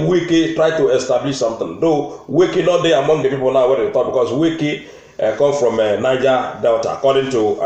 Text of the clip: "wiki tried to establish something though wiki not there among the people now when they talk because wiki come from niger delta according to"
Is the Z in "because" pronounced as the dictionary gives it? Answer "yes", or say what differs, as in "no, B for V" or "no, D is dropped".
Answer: no, S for Z